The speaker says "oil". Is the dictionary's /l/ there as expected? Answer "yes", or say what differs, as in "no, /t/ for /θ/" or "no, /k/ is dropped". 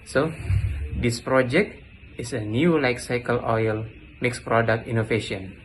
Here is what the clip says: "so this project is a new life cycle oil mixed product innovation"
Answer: yes